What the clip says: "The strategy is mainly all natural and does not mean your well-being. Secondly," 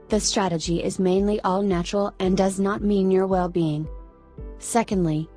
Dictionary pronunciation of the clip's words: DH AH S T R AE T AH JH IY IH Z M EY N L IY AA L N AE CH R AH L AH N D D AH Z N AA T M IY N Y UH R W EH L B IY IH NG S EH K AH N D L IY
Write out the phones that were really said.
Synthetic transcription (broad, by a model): DH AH S T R AE T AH JH IY IH Z M EY N L IY AA L N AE CH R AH L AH N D D AH Z N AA T M IY N Y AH R W EH L B IY IH NG S EH K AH N D L IY